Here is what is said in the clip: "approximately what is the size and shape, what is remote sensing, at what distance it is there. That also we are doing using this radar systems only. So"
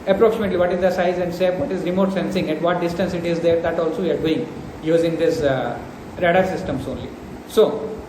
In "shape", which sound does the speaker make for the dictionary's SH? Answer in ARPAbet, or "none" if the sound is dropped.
S